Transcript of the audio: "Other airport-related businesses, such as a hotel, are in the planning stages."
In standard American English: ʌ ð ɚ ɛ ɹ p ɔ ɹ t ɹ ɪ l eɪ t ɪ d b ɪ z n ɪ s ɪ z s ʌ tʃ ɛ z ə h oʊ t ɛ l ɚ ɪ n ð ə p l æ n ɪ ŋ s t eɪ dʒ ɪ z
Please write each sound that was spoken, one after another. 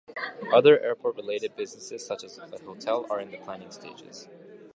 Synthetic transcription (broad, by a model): ʌ ð ɚ ɛ ɹ p ɔ ɹ t ɹ ɪ l eɪ t ɪ d b ɪ z n ɪ s ɪ z s ʌ tʃ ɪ z ə h oʊ t ɛ l ɚ ɪ n ð ə p l æ n ɪ ŋ s t eɪ dʒ ɪ z